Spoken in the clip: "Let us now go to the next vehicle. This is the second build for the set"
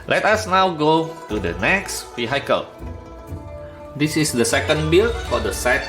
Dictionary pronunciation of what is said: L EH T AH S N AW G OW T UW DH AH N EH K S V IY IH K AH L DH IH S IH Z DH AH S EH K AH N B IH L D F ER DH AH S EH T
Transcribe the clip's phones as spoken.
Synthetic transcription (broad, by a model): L EH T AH S N AW G OW T UW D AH N EH K S F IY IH K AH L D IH S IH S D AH S EH K AH N B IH L F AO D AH S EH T